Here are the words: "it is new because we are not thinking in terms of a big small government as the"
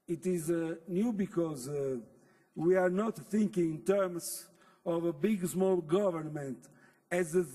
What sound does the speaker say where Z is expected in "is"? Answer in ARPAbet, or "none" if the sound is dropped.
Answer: Z